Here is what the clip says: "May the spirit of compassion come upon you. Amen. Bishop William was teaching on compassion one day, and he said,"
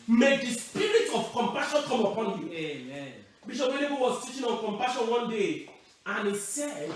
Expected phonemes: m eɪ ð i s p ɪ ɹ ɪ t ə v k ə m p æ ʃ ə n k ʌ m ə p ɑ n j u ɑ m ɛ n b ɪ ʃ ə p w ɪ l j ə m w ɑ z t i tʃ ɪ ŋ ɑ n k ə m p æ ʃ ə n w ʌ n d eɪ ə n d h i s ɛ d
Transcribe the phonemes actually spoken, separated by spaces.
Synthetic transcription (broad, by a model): m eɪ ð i s p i ɹ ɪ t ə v k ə m p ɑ ʃ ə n k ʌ m ə p ɑ n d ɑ ɛ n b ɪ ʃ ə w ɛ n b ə w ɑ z t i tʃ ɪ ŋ ɑ n k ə m p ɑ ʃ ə n w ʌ n d eɪ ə n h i s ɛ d